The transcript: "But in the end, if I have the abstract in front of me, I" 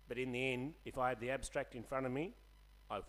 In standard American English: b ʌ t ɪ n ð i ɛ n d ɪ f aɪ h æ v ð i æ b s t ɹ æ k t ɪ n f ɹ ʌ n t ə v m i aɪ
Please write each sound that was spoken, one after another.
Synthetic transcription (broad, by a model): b ʌ t ɪ n ð i ɛ n d ɪ f aɪ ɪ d ð i æ b s t ɹ æ k t ɪ n f ɹ ʌ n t ə v m i aɪ